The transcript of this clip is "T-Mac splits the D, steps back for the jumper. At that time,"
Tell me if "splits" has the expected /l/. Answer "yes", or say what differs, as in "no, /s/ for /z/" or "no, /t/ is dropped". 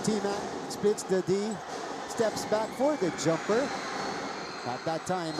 no, /l/ is dropped